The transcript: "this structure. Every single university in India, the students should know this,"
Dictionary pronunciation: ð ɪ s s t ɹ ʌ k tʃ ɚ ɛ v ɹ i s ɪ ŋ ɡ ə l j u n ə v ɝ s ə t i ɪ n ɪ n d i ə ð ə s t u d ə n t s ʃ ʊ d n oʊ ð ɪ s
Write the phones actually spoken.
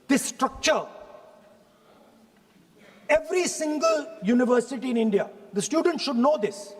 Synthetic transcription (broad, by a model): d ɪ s s t ɹ ʌ k tʃ ɚ ɛ v ɹ i s ɪ ŋ ɡ ə l j u n ə v ɝ s ə t i ɪ n ɪ n d i ə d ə s t u d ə n t ʃ ʊ d n oʊ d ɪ s